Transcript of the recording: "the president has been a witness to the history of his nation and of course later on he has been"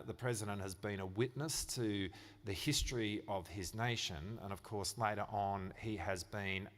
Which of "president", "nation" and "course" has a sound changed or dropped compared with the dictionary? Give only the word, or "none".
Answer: none